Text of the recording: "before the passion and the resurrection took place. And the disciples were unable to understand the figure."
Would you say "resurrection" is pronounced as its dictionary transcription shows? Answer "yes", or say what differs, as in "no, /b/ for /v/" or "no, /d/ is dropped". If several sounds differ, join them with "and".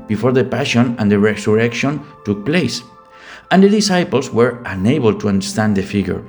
no, /s/ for /z/